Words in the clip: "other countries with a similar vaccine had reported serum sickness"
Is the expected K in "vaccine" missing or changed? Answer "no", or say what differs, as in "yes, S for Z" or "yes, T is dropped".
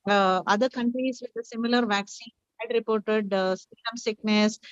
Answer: no